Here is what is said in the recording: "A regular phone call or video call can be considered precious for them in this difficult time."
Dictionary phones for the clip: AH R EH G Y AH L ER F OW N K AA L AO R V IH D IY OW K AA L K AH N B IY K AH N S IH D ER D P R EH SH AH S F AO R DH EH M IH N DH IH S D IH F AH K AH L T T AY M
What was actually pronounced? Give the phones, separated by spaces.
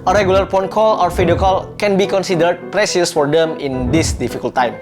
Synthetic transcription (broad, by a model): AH R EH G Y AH L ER P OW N K AA L AO R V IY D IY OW K AA L K AH N B IY K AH N S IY D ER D P R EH S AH S F AO R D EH M IH N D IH S D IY F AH K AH L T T AY M